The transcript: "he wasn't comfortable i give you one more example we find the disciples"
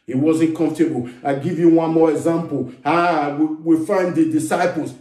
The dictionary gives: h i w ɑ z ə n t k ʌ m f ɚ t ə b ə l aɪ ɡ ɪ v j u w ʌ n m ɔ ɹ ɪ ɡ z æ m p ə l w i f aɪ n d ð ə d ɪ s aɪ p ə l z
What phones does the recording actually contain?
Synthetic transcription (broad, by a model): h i w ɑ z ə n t k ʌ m f t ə b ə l aɪ ɡ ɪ v j u w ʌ n m ɔ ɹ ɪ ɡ z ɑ m p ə w w i f aɪ n d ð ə d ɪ s aɪ p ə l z